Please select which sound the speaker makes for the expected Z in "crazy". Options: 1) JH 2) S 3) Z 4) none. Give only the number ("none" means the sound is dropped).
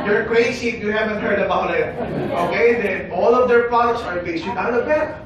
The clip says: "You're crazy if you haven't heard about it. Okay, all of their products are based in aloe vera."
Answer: 2